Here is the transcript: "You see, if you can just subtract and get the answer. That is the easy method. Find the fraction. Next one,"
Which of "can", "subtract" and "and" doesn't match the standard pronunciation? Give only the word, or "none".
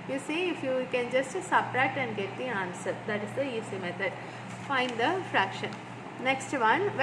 subtract